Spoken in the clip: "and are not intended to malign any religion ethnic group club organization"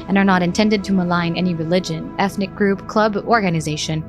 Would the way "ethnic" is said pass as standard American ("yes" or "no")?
yes